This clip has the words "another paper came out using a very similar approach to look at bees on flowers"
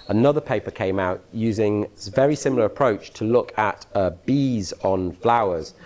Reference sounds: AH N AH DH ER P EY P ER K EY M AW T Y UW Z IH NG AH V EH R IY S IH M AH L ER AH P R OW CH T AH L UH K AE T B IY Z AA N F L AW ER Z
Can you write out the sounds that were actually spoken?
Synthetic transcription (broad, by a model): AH N AH DH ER P EY P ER K EY M AW T Y UW Z IH NG V EH R IY S IH M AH L ER AH P R OW CH T AH L UH K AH T B IY Z N F L AW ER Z